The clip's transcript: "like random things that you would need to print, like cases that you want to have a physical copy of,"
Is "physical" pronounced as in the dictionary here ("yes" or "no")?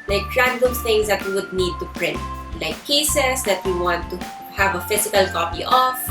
no